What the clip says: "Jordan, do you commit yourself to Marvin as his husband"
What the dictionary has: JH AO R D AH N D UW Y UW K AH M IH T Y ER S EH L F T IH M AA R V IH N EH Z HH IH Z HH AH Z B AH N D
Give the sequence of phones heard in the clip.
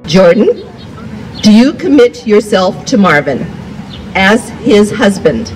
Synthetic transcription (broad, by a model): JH AO R D N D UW Y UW K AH M IH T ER S EH L F T IH M AA R V IH N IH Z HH IH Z HH AH Z B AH N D